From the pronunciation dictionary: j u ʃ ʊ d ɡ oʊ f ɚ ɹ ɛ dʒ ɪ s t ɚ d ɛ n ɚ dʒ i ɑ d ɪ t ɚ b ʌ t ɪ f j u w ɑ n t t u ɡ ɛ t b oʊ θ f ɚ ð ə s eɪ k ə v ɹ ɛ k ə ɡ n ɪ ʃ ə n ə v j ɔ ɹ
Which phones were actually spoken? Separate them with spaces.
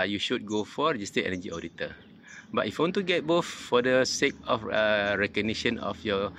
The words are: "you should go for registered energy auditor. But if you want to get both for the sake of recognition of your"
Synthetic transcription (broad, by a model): j u ʃ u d ɡ oʊ f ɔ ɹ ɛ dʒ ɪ s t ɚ ɛ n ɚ dʒ i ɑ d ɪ t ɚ b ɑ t ɪ f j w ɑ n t t u ɡ ɛ t b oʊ f f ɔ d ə s eɪ k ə f ɹ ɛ k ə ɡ n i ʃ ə n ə f j ɔ